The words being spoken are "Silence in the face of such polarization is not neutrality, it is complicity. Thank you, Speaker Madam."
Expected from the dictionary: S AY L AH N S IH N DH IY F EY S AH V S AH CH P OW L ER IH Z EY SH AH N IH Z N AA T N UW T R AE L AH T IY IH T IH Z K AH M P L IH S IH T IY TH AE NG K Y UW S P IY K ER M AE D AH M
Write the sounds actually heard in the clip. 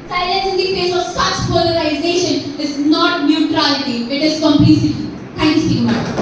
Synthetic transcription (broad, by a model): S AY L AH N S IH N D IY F EY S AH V S AH CH P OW L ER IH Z EY SH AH N IH Z N AA T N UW T R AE L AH T IY IH T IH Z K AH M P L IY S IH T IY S IY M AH